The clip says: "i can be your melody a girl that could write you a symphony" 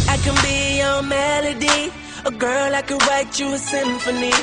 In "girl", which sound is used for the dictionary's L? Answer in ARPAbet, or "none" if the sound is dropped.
L